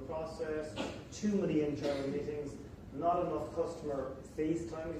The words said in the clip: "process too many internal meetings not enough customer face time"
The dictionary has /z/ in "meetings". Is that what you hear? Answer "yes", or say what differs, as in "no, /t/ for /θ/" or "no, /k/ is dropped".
yes